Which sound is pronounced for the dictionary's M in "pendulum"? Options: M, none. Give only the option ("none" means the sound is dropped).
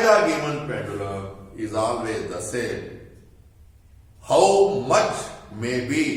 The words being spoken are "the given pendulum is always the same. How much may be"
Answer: none